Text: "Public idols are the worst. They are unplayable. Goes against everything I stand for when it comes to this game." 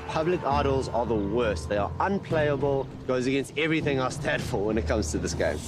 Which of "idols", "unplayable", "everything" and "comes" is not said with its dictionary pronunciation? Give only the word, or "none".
none